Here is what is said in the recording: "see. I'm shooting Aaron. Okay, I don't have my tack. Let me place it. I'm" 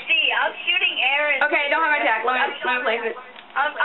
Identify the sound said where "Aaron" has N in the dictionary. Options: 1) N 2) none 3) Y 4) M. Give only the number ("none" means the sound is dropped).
2